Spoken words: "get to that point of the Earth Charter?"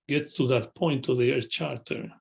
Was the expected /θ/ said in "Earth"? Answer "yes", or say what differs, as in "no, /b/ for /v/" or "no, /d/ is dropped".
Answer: no, /s/ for /θ/